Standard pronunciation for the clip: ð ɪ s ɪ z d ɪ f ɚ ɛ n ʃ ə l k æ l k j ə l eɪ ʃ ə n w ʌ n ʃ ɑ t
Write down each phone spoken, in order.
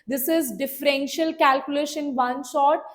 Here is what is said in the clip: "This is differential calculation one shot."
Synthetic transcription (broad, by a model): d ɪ s ɪ z d ɪ f ɚ ɛ n ʃ ə l k æ l k j ə l eɪ ʃ ə n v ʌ n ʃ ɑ t